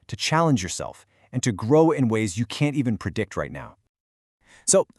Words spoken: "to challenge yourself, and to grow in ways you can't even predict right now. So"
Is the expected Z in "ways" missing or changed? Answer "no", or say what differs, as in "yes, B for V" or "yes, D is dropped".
no